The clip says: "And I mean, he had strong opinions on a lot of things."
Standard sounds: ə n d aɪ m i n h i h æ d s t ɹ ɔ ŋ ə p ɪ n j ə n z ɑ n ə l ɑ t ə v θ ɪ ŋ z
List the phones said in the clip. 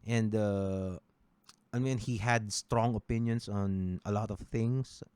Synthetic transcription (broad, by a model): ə n d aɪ m i n h i h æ d s t ɹ ɔ ŋ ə p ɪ n j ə n s ɑ n ə l ɑ t ə v θ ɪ ŋ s